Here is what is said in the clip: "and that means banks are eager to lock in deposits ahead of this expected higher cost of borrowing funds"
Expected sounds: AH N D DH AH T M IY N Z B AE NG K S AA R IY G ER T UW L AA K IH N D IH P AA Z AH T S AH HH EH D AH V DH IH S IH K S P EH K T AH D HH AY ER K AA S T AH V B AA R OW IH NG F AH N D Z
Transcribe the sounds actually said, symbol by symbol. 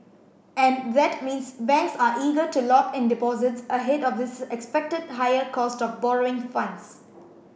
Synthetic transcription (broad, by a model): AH N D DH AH T M IY N S B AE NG K S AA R IY G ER T UW L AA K IH N D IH P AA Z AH T S AH HH EH D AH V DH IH S IH K S P EH K T AH D HH AY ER K AA S T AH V B AA R OW IH NG F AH N D S